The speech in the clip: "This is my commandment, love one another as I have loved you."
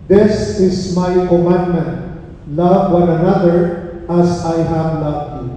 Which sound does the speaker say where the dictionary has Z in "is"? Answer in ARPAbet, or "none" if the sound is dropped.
S